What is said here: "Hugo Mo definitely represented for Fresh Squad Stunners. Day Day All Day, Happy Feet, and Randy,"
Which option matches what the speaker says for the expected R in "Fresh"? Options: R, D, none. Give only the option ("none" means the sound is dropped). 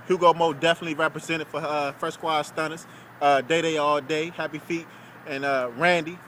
none